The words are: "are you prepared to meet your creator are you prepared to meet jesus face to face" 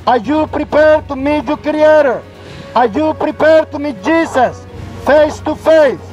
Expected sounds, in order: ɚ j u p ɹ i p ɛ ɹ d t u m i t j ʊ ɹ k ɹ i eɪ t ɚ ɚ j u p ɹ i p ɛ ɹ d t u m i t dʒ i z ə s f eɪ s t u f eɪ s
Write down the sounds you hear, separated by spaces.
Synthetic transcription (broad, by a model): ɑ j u p ɹ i p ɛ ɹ d t u m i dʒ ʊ k ɹ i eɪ t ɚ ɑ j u p ɹ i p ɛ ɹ d t u m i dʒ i s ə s f eɪ s t u f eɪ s